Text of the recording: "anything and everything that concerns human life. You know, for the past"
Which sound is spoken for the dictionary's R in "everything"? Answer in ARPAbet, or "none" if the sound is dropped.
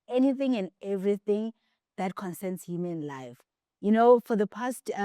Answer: R